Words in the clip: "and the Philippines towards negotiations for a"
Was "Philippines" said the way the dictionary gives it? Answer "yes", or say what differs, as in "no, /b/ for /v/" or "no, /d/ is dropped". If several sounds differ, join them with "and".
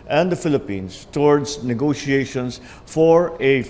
no, /s/ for /z/